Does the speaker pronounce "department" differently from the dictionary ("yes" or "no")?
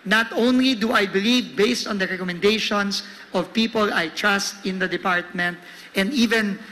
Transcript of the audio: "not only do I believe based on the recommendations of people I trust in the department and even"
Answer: no